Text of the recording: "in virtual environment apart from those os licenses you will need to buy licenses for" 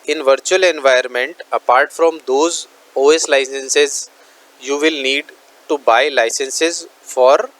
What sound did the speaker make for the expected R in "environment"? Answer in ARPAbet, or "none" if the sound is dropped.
none